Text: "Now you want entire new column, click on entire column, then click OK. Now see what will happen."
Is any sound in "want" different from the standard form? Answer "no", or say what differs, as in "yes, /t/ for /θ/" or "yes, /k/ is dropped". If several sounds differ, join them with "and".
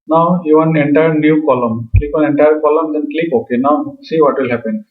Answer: yes, /t/ is dropped